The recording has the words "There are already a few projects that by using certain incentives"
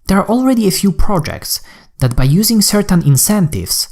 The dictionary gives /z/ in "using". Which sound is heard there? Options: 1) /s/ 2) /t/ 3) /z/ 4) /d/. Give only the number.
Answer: 3